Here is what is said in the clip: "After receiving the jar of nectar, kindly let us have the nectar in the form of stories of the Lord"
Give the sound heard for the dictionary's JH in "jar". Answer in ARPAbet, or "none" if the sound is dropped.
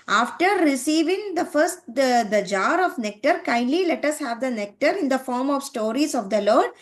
JH